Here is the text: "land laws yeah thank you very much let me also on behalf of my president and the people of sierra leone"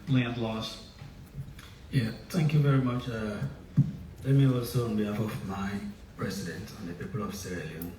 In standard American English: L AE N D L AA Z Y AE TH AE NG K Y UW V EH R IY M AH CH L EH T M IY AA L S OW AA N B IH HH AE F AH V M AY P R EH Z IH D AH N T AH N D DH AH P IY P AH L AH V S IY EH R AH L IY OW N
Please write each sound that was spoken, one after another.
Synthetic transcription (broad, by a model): L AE N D L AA S Y AE TH AE NG K Y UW V EH R IY M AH CH L EH T M IY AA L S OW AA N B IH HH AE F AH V M AY P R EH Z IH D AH N T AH N DH AH P IY P AH L AH V S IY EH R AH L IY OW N